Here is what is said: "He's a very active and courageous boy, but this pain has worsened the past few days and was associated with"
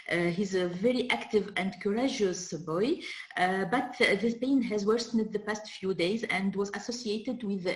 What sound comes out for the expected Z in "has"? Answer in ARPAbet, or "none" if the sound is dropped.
Z